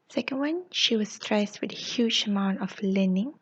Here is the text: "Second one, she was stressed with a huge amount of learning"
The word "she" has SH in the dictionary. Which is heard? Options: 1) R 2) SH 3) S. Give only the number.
2